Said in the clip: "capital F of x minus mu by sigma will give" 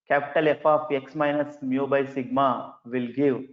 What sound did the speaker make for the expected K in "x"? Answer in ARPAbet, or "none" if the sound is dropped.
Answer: K